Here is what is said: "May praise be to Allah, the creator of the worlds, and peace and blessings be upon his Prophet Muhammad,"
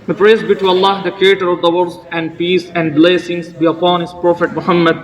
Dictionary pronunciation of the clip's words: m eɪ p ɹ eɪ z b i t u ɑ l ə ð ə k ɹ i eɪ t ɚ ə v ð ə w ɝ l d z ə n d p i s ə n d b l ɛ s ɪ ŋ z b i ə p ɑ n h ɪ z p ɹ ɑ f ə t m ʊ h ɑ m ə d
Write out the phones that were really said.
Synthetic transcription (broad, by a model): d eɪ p ɹ eɪ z b i t u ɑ l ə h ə k ɹ i eɪ t ɚ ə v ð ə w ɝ d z ə n d p i s ə n d b l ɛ s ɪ ŋ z b i ə p ɑ n h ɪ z p ɹ ɑ f ə t m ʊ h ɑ m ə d